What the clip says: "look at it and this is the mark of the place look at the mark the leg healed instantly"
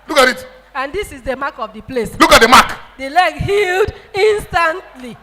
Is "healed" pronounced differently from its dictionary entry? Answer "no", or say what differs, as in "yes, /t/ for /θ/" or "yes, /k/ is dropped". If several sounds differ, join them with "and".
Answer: no